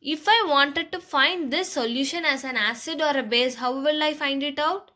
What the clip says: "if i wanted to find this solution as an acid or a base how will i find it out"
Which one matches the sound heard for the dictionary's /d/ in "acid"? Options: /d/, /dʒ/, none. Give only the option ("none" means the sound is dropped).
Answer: /d/